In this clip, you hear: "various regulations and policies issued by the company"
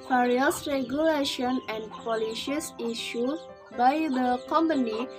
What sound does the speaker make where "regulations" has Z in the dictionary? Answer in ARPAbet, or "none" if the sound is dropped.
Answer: none